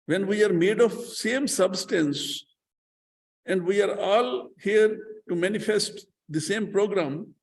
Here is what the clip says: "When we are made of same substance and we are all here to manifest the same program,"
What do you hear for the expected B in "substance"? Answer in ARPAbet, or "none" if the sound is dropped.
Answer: B